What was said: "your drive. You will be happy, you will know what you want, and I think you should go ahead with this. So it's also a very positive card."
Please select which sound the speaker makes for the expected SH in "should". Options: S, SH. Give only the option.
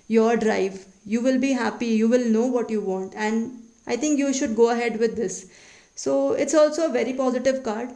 SH